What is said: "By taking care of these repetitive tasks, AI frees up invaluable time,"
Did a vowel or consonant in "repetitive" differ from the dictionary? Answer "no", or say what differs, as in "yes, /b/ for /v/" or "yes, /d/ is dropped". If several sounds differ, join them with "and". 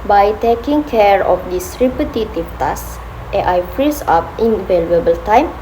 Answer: yes, /b/ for /p/